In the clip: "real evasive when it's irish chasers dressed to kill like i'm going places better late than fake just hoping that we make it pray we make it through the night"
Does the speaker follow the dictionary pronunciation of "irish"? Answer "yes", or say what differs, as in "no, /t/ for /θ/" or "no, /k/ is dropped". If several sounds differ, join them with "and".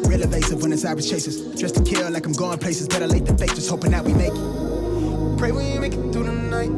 no, /s/ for /ʃ/